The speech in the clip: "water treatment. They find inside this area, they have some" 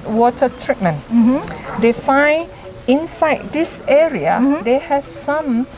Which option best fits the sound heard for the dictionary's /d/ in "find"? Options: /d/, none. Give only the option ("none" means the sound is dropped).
none